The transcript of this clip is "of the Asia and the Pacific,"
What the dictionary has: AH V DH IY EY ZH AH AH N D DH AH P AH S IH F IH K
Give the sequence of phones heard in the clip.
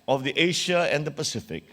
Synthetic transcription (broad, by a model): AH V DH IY EY SH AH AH N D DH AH P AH S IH F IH K